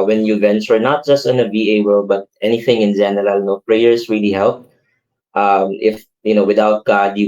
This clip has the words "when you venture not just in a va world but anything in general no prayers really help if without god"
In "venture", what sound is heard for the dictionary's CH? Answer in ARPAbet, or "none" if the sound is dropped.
S